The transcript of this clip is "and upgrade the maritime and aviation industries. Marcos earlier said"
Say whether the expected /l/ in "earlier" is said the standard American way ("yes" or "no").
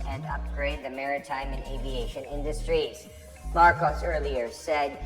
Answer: yes